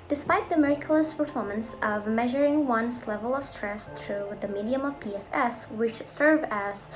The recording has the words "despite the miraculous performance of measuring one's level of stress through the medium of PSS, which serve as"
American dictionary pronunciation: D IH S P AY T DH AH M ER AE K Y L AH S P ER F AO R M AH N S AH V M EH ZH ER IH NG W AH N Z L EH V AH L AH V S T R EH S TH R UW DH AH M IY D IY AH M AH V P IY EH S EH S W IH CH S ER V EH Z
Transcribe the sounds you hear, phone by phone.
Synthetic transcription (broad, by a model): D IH S P AY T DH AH M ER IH K Y L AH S P ER F AO R M AH N S AH V M EH ZH ER IH NG W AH N S L EH V AH L AH V S T R EH S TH R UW DH AH M IY D IY AH M AH V P IY EH S EH S W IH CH S ER V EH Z